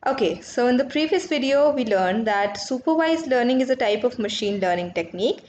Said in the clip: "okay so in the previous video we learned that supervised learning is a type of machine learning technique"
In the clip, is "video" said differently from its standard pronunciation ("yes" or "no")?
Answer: no